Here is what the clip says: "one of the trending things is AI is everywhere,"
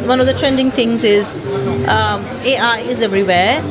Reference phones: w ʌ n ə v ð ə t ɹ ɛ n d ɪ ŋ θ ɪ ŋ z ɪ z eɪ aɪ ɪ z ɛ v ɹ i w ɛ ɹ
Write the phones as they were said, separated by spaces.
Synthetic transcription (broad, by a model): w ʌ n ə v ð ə t ɹ ɛ n d ɪ ŋ t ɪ ŋ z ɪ z eɪ aɪ ɪ z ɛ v ɹ i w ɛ